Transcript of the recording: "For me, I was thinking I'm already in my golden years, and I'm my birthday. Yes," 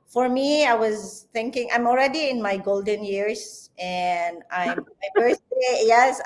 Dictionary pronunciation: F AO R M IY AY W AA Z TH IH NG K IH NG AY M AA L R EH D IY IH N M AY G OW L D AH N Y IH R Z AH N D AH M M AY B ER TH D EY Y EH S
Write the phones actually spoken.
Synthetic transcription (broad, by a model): F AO R M IY AY W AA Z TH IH NG K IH NG AY M AA L R EH D IY IH N M AY G OW L D AH N Y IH R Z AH N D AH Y M AY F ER S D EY Y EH S